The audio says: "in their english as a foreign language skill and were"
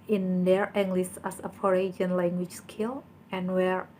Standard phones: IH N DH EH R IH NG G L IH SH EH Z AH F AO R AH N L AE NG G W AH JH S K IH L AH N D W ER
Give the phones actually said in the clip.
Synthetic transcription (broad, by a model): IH N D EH R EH NG G L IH S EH S AH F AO R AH N L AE NG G W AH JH S K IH L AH N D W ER